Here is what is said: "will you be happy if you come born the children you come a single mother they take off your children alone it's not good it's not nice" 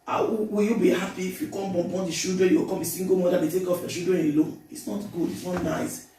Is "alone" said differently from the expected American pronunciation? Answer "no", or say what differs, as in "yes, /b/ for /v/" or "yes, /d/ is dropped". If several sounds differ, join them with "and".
yes, /n/ is dropped